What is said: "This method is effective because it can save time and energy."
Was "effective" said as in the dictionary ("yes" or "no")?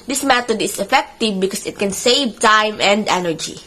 yes